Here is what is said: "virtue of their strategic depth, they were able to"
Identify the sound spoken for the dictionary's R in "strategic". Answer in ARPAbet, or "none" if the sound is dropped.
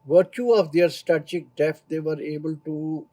none